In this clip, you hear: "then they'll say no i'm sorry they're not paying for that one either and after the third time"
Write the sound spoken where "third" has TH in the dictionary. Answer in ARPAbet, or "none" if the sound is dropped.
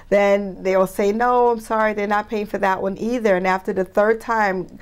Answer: TH